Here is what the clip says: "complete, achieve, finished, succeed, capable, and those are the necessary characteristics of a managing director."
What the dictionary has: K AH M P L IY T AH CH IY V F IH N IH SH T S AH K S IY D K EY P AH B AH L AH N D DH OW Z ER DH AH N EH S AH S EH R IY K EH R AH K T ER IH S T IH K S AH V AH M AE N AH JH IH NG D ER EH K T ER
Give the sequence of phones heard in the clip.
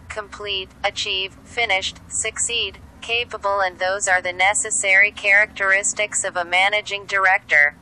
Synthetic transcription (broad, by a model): K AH M P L IY T AH CH IY V F IH N IH SH T S AH K S IY D K EY P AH B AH L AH N DH OW Z ER DH AH N EH S AH S EH R IY K EH R AH K T ER IH S T IH K S AH V AH M AE N AH JH IH NG D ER EH K T ER